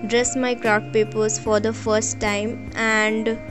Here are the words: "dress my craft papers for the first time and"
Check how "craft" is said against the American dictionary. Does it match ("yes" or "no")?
no